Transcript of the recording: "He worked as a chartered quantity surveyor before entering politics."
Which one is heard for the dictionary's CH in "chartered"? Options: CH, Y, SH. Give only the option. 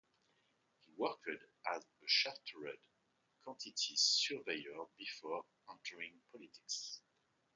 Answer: SH